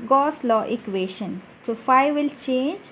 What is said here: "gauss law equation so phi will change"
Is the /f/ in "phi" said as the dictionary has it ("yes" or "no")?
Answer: yes